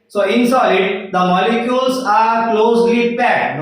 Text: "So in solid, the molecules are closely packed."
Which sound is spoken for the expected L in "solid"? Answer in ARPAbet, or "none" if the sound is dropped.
none